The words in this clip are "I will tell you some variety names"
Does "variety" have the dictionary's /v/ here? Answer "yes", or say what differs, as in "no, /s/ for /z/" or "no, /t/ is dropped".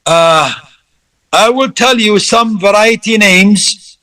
yes